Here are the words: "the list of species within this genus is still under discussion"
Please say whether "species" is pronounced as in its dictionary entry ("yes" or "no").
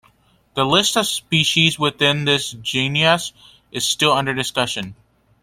yes